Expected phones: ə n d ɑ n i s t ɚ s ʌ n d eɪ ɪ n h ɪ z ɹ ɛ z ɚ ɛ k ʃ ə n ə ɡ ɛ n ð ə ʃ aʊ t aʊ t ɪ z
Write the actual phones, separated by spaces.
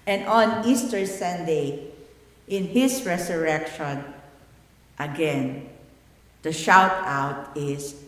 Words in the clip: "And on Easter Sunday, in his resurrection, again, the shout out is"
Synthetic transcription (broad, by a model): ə n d ɑ n i s t ɚ s ʌ n d eɪ ɪ n h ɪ s ɹ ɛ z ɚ ɛ k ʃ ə n ə ɡ ɛ n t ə ʃ aʊ t aʊ t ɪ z